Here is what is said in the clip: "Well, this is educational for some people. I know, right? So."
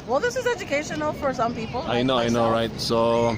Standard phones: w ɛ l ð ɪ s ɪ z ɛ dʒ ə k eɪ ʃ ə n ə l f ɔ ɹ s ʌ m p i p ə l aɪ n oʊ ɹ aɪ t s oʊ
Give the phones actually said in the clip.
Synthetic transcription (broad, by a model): w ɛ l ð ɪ s ɪ z ɛ dʒ ə k eɪ ʃ ə n ə l f ɔ ɹ s ʌ m p i p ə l aɪ n oʊ ɹ aɪ t s oʊ